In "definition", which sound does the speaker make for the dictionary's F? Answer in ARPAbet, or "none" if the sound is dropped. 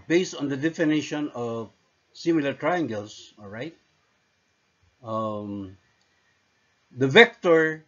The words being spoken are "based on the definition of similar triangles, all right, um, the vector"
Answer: F